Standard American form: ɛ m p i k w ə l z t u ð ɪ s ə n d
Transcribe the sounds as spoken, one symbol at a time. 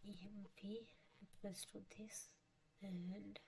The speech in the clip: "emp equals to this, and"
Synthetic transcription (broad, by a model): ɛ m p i w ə z t u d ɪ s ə n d